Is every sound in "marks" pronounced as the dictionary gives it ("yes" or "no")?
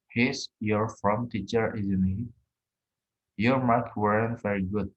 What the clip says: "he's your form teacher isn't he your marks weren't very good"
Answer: no